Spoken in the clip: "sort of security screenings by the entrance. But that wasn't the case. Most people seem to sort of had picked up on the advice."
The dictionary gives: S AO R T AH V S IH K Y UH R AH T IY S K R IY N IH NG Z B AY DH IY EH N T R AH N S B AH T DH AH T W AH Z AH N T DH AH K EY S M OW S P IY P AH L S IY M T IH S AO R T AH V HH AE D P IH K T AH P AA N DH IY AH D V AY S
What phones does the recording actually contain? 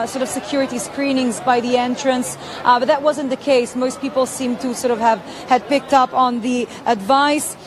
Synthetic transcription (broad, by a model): S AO R T AH V S IH K Y UH R AH T IY S K R IY N IH NG Z B AY DH IY EH N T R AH N S B AH T DH AH T W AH Z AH N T DH AH K EY S M OW S P IY P L S IY M T IH S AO R T AH V HH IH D P IH K T AH P N DH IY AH D V AY S